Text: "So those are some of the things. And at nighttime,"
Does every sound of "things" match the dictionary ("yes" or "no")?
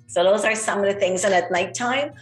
yes